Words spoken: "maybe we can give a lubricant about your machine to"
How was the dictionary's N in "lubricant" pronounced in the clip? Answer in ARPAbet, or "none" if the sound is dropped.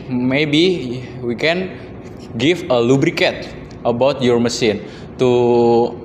none